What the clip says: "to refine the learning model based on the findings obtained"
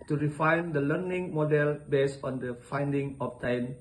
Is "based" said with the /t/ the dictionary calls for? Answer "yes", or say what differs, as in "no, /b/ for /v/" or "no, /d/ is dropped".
no, /t/ is dropped